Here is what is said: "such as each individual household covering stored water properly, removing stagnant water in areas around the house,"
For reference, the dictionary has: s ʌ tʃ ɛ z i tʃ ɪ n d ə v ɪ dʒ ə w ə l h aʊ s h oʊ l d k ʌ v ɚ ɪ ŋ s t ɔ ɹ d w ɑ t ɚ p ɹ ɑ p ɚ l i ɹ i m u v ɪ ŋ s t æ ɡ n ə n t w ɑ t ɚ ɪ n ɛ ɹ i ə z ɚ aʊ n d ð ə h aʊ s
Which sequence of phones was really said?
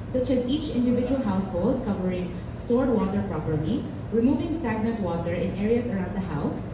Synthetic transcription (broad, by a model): s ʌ tʃ ɛ z i tʃ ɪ n d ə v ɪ dʒ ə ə l h aʊ s h oʊ l d k ʌ v ɚ ɪ ŋ s t ɔ ɹ d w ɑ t ɚ p ɹ ɑ p ɚ l i ɹ i m u v ɪ ŋ s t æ ɡ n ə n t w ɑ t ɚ ɪ n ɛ ɹ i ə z ɚ aʊ n d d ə h aʊ s